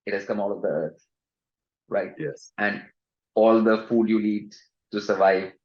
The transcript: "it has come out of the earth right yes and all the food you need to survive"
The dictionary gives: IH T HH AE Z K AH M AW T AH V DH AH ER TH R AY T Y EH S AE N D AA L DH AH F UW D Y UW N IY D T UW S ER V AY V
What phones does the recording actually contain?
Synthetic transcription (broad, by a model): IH T HH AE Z K AH M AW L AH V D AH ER T R AY T Y EH S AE N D AA L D AH F UW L Y UW L IY D T UW S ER V AY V